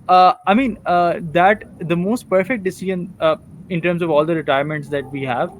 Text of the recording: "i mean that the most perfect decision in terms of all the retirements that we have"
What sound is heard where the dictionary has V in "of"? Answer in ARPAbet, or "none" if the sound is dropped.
V